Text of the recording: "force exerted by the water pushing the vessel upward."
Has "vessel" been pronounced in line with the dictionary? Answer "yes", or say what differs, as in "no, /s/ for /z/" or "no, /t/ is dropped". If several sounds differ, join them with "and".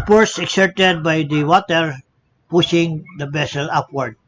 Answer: no, /b/ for /v/